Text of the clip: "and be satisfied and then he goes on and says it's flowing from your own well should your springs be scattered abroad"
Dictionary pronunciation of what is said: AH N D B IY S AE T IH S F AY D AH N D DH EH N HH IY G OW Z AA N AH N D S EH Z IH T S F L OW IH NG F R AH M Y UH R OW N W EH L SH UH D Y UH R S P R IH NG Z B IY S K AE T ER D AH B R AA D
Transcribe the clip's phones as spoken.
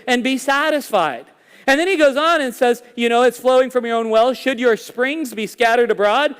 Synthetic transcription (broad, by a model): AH N B IY S AE T IH S F AY D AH N DH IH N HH IY G OW Z N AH N S EH Z IH T S F L OW IH NG F R AH M Y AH R OW N W EH L SH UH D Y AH R S P R IH NG Z B IY S K AE T ER D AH B R AA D